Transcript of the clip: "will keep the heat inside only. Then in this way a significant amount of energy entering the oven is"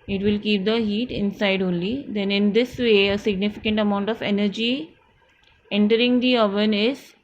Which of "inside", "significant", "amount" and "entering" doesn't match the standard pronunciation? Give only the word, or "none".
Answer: none